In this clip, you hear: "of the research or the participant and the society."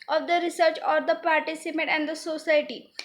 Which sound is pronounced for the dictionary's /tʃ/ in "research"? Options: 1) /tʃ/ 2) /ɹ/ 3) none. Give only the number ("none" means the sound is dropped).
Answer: 1